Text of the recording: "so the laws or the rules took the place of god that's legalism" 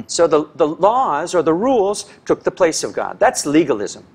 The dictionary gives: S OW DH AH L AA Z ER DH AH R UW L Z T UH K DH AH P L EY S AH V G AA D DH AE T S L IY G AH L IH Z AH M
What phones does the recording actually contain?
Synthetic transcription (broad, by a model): S OW DH AH L AA Z ER DH AH R UW L Z T UH K DH AH P L EY S AH V G AA D DH AE T S L IY G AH L IH Z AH M